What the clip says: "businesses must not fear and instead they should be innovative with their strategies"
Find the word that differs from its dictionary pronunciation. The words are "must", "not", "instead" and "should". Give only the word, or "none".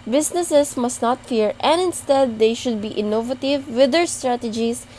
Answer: none